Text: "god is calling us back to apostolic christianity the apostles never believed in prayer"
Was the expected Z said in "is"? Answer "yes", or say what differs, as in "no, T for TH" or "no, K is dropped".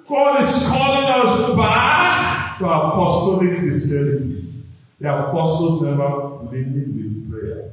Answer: no, S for Z